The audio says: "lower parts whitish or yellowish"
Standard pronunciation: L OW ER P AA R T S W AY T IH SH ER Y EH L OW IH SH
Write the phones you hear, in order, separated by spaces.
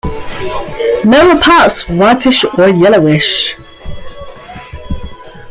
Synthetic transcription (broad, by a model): N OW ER P AA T S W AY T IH SH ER Y EH L OW IH SH